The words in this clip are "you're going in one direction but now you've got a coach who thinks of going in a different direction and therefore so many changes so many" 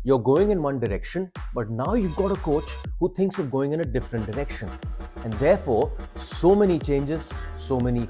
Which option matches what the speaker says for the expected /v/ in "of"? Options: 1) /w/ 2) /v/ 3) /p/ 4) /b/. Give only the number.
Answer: 2